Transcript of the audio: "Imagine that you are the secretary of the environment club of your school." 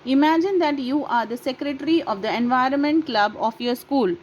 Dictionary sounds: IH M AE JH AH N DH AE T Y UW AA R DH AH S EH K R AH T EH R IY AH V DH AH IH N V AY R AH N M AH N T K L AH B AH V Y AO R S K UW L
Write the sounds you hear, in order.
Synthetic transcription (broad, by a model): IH M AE JH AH N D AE T Y UW AA R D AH S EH K R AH T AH R IY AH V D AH IH N V AY R AH N M AH N T K L AH B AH F Y AO R S K UW L